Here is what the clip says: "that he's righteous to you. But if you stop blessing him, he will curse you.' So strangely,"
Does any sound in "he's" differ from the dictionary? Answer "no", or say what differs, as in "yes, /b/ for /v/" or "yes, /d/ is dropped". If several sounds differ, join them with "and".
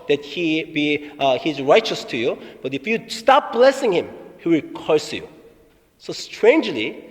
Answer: no